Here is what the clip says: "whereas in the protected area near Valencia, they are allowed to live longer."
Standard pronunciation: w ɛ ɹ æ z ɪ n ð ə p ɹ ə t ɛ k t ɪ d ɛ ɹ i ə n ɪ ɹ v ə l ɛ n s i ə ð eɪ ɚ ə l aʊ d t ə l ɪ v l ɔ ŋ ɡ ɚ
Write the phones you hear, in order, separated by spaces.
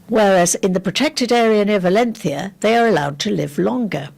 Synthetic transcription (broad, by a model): w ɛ ɹ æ z ɪ n ð ə p ɹ ə t ɛ k t ɪ d ɛ ɹ i ə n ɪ v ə l ɛ n θ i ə ð eɪ ɚ ə l aʊ d t ə l ɪ v l ɔ ŋ ɡ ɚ